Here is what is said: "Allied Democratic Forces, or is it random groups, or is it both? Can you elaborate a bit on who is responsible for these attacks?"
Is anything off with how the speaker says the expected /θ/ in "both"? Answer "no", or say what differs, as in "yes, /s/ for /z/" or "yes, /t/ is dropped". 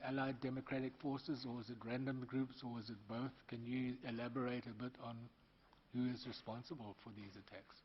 no